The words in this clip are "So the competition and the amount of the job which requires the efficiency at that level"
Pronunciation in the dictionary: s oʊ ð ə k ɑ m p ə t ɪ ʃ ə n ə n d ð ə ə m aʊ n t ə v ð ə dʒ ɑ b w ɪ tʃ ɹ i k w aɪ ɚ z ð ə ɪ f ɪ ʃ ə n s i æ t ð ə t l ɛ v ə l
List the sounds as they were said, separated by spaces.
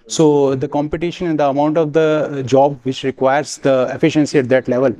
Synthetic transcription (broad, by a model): s oʊ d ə k ɑ m p ə t ɪ ʃ ə n ə n d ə ə m aʊ n t ə v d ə dʒ ɑ b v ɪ tʃ ɹ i k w aɪ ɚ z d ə ɪ f ɪ ʃ ə n s i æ t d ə t l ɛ v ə l